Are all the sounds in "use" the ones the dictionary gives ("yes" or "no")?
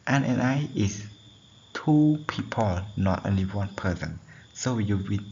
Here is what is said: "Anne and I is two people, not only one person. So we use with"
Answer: no